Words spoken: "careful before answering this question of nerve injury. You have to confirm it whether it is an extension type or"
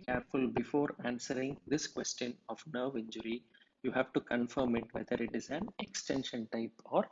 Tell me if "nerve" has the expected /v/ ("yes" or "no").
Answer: yes